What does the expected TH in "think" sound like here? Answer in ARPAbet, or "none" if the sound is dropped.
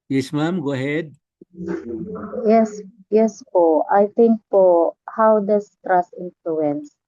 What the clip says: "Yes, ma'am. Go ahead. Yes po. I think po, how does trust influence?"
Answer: T